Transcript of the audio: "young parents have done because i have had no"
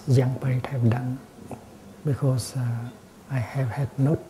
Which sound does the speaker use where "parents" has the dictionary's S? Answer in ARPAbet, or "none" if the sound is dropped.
none